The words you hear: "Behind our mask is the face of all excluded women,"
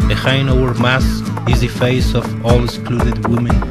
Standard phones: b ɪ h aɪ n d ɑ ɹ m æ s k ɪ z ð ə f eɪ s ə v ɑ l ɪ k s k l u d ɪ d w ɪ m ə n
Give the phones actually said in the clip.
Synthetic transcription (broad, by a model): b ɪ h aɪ n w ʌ ɹ m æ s ɪ z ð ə f eɪ s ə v ɑ l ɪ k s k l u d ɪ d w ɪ m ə n